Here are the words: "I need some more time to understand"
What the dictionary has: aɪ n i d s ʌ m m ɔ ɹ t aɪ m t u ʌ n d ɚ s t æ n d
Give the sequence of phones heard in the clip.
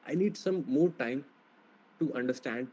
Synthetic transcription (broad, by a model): aɪ n i d s ʌ m m ɔ ɹ t aɪ m t u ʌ n d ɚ s t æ n d